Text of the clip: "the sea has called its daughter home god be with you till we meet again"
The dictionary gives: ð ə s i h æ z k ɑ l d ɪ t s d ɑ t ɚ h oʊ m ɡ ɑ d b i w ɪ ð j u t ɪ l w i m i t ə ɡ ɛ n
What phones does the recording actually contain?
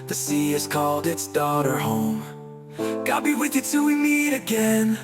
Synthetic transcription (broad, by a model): ð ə s i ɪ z k ɑ l d ɪ t s d ɑ t ɚ h oʊ m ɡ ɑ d b i w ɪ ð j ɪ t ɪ w i m i t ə ɡ ɛ n